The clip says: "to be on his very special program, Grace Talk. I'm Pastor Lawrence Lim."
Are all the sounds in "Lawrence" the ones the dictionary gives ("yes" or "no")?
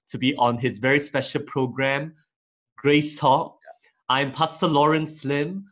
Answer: yes